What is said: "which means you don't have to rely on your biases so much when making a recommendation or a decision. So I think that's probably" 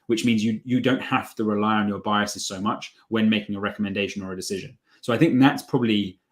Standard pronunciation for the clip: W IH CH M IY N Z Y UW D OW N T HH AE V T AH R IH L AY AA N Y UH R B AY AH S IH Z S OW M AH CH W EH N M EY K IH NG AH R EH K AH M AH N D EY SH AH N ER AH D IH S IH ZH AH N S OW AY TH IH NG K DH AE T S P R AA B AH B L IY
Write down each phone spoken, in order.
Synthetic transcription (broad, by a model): W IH CH M IY N Z Y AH D OW N T HH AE F T AH R IH L AY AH N Y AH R B AY AH S IH Z S OW M AH CH W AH N M EY K IH NG AH R EH K AH M AH N D EY SH AH N ER AH D IH S IH ZH AH N S OW AY TH IH NG K DH AE T S P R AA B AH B L IY